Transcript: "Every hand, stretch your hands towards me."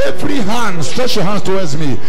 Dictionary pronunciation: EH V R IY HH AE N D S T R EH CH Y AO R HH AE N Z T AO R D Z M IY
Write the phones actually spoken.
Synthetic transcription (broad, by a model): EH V R IY HH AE N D S T R EH CH Y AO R HH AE N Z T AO W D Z M IY